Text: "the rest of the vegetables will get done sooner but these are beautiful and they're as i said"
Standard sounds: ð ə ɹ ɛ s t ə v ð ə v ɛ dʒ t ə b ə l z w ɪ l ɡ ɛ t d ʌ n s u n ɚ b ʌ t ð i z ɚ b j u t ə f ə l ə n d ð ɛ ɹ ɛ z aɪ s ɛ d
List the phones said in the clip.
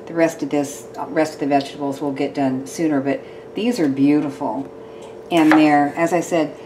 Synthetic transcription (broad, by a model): ð ə ɹ ɛ s t ə v ð ə v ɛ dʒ t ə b l z w ɪ l ɡ ɛ t d ʌ n s u n ɚ b ʌ t ð i z ɚ b j u t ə f l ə n ð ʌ ɹ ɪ z aɪ s ɛ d